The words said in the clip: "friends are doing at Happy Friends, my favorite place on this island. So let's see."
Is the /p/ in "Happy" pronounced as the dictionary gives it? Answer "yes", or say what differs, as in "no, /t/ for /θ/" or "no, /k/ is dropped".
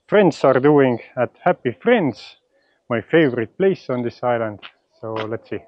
yes